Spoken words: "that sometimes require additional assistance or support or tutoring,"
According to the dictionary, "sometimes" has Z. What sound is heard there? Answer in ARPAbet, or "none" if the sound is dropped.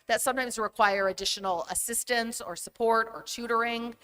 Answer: Z